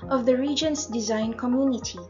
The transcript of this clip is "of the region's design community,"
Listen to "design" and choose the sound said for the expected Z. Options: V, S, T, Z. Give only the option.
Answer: Z